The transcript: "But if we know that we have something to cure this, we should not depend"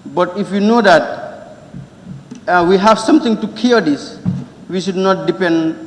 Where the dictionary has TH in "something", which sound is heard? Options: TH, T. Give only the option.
T